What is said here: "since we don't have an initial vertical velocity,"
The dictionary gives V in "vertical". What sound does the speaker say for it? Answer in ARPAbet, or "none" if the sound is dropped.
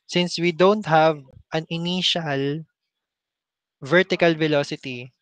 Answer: V